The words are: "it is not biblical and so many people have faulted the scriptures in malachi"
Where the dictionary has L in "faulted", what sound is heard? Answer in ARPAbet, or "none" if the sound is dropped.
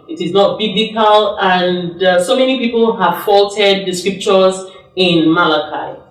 L